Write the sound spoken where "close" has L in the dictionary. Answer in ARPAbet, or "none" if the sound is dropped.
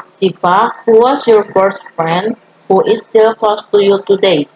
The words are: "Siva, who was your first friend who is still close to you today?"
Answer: none